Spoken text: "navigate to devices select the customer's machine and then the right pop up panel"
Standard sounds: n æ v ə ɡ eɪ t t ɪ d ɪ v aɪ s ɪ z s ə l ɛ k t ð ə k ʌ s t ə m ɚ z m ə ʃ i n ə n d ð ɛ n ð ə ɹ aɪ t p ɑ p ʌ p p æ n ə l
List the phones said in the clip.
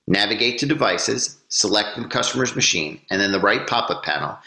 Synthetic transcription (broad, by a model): n æ v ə ɡ eɪ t t ɪ d ɪ v aɪ s ɪ z s ə l ɛ k t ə k ʌ s t ə m ɚ z m ə ʃ i n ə n ð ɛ n ð ə ɹ aɪ t p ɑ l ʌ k p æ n l